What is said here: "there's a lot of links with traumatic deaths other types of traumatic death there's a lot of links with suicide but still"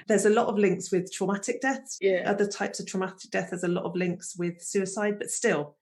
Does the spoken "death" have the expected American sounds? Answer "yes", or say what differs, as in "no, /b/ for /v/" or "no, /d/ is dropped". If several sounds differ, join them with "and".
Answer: yes